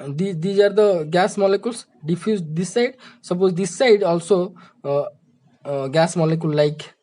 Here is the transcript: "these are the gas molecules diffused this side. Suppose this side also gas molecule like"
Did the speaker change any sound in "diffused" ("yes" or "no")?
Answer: yes